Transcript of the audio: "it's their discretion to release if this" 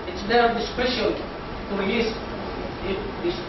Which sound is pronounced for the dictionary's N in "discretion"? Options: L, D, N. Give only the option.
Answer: L